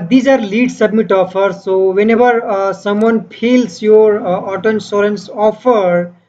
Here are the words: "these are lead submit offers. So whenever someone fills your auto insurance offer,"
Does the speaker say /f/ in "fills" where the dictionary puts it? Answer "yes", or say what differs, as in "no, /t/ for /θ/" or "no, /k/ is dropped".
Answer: no, /p/ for /f/